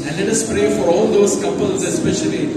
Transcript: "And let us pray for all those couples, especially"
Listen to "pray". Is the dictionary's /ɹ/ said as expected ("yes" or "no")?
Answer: yes